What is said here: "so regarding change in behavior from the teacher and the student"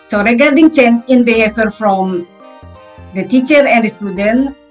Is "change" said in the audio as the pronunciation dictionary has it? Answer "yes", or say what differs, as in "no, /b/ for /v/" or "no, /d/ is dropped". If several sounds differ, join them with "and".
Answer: no, /dʒ/ is dropped